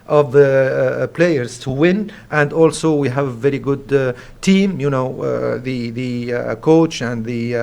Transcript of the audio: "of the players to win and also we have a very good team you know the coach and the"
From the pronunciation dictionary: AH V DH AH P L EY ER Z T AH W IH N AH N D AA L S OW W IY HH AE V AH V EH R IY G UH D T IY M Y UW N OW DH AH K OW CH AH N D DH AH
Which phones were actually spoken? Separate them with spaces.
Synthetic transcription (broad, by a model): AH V DH AH P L EY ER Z T AH W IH N AH N D AA L S OW W IY HH AE V AH V EH R IY G UH D T IY M Y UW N OW DH AH K OW CH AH N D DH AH